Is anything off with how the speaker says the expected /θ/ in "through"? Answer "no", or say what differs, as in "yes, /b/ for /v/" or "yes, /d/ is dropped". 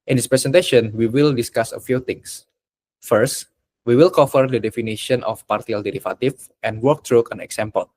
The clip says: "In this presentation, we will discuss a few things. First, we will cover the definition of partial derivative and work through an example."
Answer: yes, /t/ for /θ/